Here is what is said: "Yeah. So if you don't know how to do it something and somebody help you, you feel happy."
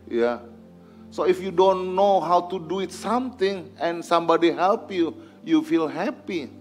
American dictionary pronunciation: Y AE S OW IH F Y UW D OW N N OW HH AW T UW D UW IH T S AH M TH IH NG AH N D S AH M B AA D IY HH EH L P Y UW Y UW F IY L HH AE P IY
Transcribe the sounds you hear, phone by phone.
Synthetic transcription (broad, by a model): Y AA S OW IH F Y UW D OW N N OW HH AW T UW D UW IH T S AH M T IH NG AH N S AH M B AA D IY HH EH L P Y UW Y UW F IY L HH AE P IY